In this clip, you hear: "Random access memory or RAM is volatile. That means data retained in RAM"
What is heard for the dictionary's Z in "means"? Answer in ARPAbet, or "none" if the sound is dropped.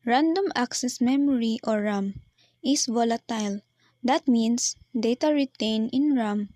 S